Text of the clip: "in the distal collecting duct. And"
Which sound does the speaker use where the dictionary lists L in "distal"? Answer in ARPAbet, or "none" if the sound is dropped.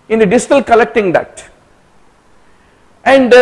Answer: L